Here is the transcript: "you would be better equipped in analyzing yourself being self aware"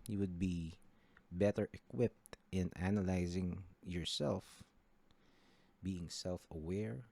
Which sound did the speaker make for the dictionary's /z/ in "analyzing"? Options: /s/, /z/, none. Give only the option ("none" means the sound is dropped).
/z/